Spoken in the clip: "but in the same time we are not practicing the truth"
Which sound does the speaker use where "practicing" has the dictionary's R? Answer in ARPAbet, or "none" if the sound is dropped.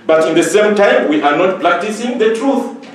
L